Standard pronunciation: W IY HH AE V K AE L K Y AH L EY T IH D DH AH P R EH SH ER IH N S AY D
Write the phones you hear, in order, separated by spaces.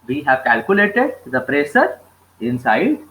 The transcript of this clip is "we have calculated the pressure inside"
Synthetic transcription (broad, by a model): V IY HH AE V K AE L K Y AH L EY T IH D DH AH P R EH S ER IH N S AY D